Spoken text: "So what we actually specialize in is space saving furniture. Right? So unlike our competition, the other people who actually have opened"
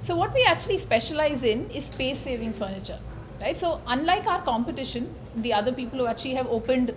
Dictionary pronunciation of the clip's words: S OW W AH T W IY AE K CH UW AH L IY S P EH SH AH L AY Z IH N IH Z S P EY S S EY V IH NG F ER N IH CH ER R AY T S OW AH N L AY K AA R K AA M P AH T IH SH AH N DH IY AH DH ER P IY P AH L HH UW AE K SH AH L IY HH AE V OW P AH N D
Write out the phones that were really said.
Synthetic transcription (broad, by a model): S OW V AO T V IY AE K CH UW AH L IY S P EH SH AH L AY Z IH N IH Z S P EY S S EY V IH NG F ER N IH CH ER R AY T S OW AH N L AY K AA R K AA M P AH T IH SH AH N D IY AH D ER P IY P AH L HH UW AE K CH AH L IY HH AE V OW P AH N D